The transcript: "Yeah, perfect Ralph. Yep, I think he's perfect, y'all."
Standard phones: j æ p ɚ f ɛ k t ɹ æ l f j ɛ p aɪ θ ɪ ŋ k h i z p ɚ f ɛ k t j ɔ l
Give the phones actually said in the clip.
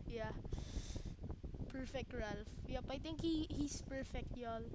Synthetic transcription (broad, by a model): j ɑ p ɚ f ɛ k t ɹ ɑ l f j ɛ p aɪ t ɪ ŋ k h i s p ɚ f ɛ k t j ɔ l